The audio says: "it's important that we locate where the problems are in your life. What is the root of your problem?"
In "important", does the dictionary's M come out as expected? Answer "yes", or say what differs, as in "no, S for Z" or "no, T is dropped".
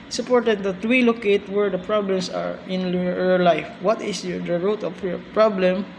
no, M is dropped